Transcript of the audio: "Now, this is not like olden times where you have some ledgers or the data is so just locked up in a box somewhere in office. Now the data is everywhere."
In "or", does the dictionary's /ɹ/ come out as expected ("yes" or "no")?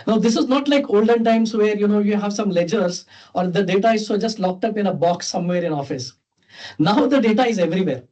yes